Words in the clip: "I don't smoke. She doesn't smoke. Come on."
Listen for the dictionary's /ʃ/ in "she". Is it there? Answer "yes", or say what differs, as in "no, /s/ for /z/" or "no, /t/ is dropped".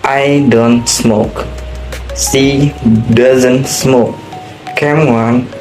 no, /s/ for /ʃ/